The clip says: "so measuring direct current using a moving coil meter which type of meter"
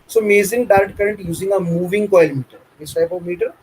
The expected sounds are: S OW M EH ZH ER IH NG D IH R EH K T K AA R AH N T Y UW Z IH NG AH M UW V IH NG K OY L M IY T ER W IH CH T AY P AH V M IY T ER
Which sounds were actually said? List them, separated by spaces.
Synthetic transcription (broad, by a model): S OW M EH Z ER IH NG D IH R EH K T K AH R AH N T Y UW Z IH NG AH M UW V IH NG K OY L M IY T ER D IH S T AY P AH V M IY T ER